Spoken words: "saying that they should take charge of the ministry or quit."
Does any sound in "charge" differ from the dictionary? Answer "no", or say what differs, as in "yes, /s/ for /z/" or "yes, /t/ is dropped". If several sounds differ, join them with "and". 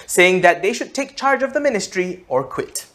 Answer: no